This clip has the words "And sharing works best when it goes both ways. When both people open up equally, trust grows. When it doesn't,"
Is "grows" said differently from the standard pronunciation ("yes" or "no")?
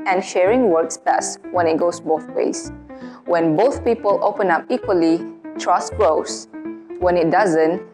yes